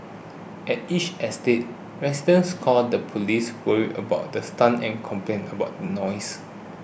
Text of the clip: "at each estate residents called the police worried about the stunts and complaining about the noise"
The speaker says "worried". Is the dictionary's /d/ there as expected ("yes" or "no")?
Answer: no